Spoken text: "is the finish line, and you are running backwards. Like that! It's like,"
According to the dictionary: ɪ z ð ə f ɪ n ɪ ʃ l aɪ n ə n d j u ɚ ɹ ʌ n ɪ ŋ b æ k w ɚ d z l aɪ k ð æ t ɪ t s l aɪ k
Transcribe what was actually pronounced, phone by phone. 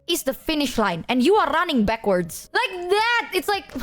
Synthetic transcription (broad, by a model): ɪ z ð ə f ɪ n ɪ ʃ l aɪ n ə n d j u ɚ ɹ ʌ n ɪ ŋ b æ k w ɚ d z l aɪ k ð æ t ɪ t s l aɪ k